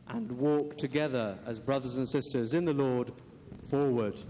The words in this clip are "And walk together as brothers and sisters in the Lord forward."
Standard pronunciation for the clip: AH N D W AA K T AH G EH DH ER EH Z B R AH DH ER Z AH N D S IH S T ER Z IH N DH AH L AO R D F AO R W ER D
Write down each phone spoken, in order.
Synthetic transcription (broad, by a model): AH N W AA K T AH G EH DH ER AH Z B R AH DH ER Z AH N S IH S T ER Z IH N DH AH L AO R D F AO R W ER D